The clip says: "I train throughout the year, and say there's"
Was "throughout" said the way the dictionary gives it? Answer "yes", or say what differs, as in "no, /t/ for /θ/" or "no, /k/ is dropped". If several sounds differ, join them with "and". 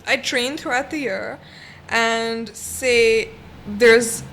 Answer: yes